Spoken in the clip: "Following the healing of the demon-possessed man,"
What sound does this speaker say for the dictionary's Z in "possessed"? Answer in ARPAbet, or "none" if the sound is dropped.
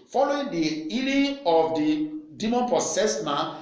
S